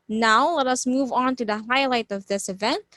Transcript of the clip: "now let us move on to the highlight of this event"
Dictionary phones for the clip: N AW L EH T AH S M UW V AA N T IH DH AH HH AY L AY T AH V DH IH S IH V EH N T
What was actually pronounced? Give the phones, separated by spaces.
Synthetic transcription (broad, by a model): N AW L EH T AH S M UW V N T IH DH AH HH AY L AY T AH V DH IH S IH V EH N T